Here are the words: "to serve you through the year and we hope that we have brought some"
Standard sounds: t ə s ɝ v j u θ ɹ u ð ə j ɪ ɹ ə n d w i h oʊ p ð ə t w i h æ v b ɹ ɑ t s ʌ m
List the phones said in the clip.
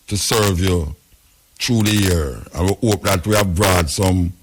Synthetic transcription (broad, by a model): t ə s ɝ v j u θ ɹ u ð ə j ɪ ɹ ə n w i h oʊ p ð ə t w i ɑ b ɹ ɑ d s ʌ m